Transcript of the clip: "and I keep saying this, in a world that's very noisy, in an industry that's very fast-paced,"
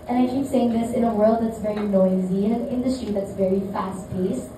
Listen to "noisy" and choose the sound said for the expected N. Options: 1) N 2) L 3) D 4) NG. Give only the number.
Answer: 1